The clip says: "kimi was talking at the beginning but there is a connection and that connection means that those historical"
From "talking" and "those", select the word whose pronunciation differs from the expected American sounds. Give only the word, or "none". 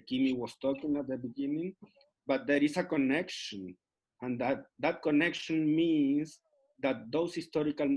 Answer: those